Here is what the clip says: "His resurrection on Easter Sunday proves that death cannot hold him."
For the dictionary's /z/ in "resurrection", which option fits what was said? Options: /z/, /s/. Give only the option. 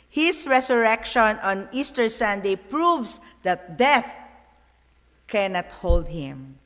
/s/